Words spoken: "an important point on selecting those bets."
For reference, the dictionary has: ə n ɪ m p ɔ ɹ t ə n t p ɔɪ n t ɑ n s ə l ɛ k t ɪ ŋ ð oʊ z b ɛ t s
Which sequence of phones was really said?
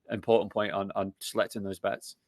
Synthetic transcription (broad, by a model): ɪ m p ɔ ɹ t n p ɔɪ n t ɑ n s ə l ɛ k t ɪ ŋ ð oʊ z b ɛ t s